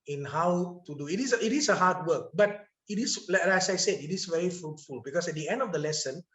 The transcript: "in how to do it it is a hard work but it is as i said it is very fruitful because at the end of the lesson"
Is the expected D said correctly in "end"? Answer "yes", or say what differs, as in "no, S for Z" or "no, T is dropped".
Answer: yes